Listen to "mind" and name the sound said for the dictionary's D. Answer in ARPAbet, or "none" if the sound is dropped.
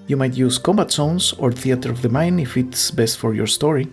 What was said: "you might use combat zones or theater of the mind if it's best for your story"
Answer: none